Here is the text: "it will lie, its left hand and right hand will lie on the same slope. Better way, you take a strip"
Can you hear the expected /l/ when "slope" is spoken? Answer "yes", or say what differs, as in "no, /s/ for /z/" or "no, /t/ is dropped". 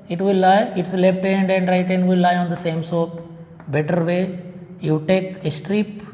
no, /l/ is dropped